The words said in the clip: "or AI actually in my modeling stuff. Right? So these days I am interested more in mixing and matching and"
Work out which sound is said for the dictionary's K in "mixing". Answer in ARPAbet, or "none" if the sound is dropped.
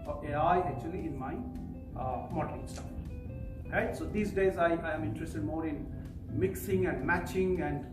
K